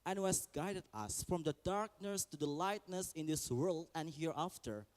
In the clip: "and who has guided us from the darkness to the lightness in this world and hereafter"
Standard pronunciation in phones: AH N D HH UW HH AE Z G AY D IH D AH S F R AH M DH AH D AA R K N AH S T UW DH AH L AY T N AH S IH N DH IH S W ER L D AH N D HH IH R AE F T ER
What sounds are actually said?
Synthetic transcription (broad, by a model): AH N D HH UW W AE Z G AY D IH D AH S F R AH M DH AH D AA R K N AH S T UW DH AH L AY T N AH S IH N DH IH S W ER L D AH N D HH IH R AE F T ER